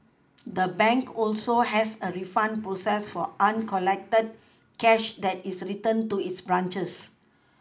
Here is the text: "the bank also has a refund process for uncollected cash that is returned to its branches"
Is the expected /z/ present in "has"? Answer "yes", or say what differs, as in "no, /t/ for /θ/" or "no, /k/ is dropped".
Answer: no, /s/ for /z/